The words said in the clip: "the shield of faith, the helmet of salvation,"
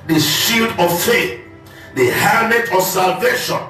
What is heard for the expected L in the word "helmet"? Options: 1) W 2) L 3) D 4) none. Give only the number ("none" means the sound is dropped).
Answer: 4